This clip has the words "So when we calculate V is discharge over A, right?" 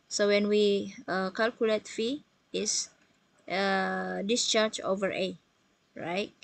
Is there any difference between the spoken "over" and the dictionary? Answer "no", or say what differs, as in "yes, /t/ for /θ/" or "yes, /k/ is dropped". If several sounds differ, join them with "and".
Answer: no